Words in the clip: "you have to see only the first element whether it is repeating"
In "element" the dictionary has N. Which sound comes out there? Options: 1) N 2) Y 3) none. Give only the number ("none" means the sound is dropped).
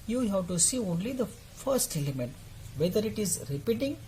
1